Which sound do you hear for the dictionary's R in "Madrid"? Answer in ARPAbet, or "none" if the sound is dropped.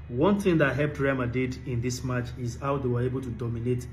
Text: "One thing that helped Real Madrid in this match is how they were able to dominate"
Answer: none